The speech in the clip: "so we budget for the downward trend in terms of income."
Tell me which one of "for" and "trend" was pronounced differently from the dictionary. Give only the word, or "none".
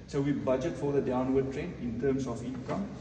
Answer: trend